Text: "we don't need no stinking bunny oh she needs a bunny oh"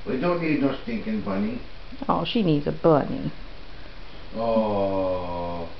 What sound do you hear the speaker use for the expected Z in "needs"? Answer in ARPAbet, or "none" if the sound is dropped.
Z